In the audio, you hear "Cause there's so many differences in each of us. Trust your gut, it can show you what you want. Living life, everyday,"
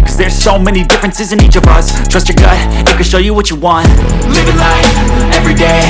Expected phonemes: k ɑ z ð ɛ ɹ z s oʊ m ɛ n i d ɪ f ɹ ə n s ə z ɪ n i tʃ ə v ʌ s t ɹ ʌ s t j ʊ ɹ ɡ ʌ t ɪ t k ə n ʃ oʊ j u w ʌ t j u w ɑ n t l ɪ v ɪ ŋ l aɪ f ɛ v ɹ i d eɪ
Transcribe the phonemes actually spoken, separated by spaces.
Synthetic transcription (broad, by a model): k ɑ z ð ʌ ɹ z s oʊ m ɛ n i d ɪ f ɹ ə n s ə z ɪ n i tʃ ə v ʌ s t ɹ ʌ s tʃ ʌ ɹ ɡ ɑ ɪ ɪ t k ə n ʃ oʊ j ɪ w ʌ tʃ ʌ w ɑ n t l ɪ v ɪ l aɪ ɛ v ɹ i d eɪ